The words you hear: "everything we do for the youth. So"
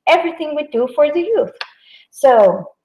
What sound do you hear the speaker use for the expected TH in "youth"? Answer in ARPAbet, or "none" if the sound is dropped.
TH